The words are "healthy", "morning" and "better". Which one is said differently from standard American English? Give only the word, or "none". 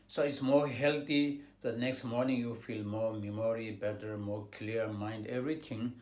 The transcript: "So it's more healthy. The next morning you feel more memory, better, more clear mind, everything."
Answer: healthy